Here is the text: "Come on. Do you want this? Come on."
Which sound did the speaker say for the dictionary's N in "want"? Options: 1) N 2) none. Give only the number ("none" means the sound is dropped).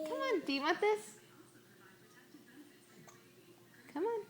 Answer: 2